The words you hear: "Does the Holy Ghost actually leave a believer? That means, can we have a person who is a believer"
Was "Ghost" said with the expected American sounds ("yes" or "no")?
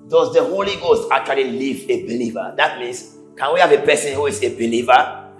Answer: yes